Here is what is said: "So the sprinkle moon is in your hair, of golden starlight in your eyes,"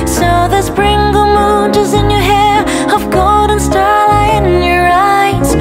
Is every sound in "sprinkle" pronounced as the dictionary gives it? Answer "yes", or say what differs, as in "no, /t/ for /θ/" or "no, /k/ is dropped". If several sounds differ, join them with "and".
no, /b/ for /p/